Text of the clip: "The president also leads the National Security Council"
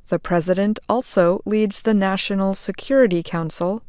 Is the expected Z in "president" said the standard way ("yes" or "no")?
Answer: yes